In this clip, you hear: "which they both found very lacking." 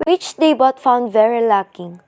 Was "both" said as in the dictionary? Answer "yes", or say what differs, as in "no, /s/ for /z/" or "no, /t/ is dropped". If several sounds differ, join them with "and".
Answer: no, /t/ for /θ/